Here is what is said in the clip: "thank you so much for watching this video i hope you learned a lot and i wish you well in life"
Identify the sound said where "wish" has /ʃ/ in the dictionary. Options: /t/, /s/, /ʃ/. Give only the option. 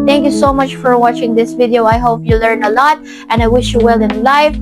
/ʃ/